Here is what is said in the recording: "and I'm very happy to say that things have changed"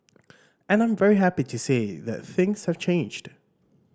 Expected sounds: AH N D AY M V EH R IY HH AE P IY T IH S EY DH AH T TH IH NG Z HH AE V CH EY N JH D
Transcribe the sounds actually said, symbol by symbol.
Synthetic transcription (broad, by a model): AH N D AY M V EH R IY HH AE P IY T IH S EY DH AH T TH IH NG Z HH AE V CH EY N JH D